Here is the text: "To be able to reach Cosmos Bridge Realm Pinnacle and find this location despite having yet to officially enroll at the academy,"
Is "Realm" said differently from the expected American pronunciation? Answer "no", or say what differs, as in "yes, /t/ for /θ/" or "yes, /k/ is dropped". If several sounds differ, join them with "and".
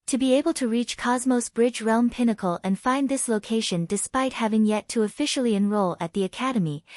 no